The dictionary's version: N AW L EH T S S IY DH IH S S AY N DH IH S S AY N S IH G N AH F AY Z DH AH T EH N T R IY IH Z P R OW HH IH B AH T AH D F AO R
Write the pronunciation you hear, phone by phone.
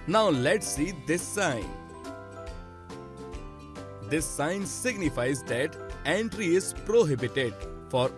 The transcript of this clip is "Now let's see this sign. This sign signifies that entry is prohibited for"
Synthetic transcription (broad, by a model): N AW L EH T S S IY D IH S S AY N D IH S S AY N S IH G N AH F AY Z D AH T EH N T R IY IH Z P R OW HH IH B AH T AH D F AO R